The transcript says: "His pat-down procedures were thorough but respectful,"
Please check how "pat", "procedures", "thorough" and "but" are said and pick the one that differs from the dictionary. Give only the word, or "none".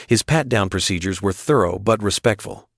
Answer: none